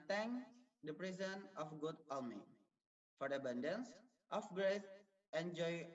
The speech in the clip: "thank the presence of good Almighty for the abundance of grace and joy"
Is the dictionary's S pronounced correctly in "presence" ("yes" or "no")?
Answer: no